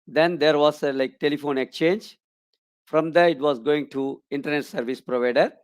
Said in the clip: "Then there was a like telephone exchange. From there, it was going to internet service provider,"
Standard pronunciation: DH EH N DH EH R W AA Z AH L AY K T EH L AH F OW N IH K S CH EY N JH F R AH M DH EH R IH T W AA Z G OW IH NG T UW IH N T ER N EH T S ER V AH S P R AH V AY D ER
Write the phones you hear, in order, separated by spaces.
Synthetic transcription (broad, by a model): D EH N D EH R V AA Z AH L AY K T EH L AH F OW N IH K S CH EY N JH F R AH M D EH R IH T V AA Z G OW IH NG T UW IH N T ER N EH T S ER V AH S P R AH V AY D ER